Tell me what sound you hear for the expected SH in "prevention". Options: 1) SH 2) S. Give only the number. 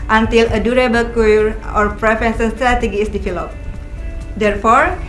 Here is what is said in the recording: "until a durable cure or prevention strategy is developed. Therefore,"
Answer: 2